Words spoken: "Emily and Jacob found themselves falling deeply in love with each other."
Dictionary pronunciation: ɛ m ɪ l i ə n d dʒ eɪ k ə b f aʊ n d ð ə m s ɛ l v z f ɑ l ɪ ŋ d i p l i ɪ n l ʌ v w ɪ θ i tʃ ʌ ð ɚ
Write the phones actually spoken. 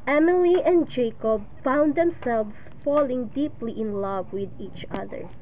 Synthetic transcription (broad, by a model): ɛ m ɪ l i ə n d dʒ eɪ k ə b f aʊ n d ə m s ɛ l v s f ɑ l ɪ ŋ d i p l i ɪ n l ʌ v w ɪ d i tʃ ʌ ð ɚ